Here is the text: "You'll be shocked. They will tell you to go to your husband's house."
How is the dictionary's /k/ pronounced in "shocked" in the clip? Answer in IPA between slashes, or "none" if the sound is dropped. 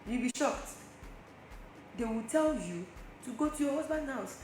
/k/